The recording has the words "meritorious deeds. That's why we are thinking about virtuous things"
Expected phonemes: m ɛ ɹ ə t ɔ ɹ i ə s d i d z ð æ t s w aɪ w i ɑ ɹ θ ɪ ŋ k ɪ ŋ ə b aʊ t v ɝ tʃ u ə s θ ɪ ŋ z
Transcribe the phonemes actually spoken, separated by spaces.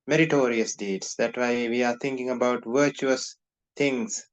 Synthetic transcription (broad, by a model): m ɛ ɹ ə t ɔ ɹ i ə s d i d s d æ t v aɪ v i ɑ ɹ t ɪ ŋ k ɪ ŋ ə b aʊ t v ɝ tʃ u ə s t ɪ ŋ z